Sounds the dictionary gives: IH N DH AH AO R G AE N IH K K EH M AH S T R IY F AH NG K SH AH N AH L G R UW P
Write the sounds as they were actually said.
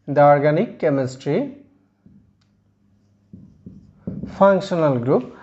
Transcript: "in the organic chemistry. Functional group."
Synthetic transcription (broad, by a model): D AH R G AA N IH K K EH M AH S T R IY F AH NG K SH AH N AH L G R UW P